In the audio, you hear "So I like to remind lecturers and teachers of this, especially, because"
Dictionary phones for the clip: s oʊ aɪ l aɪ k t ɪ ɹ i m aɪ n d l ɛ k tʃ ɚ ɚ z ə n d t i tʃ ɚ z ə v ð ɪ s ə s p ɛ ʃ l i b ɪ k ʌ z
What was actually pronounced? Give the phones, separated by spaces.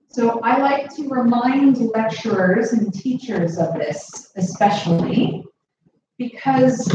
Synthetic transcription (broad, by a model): s oʊ aɪ l aɪ k t ɪ ɹ i m aɪ n d l ɛ k tʃ ɚ ɚ z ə n t i tʃ ɚ z ə v ð ɪ s ə s p ɛ ʃ l i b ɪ k ʌ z